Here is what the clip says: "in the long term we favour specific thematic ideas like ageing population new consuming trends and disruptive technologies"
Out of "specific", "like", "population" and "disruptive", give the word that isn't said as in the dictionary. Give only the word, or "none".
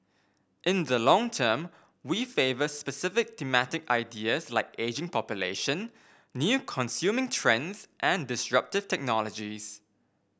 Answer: none